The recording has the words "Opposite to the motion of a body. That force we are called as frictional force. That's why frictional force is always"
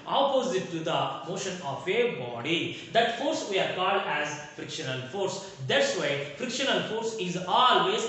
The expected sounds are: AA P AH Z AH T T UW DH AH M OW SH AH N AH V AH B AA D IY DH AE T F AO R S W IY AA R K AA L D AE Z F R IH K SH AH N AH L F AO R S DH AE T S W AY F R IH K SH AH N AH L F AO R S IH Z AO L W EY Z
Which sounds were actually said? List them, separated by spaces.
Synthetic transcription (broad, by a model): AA P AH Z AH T T UW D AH M OW SH AH N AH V AH B AA D IY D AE T F AO R S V IY AA R K AA L D AE Z F R IH K SH AH N AH L F AO R S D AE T S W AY F R IH K SH AH N AH L F AO R S IH Z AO L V EY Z